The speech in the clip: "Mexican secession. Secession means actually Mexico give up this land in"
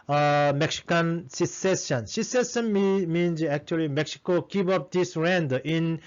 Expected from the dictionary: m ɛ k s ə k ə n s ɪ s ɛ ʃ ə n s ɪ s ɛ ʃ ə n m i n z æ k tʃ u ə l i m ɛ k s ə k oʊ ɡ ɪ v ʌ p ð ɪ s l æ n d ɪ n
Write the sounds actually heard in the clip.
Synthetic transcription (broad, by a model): m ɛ k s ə k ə n s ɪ s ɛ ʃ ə n s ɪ s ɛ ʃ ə n m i n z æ k tʃ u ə l i m ɛ k s ə k oʊ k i p ʌ p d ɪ s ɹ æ n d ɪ n